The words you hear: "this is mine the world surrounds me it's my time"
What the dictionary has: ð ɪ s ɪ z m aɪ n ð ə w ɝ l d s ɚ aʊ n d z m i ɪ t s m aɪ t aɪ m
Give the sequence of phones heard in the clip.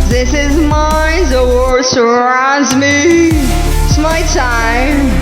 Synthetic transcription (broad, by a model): ð ɪ s ɪ z m aɪ n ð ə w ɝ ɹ s ɚ aʊ n d z m i ɪ t s m aɪ t aɪ m